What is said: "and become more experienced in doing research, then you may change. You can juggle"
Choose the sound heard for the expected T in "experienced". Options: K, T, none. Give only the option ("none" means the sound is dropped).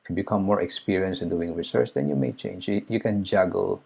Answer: none